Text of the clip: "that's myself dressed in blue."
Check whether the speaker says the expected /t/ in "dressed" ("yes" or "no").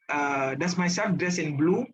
no